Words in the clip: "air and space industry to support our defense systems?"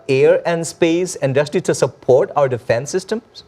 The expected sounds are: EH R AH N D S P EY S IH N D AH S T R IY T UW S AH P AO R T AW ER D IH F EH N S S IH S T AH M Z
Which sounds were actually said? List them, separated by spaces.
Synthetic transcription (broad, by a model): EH R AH N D S P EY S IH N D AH S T L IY T UW S AH P AO R T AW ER D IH F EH N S S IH S T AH M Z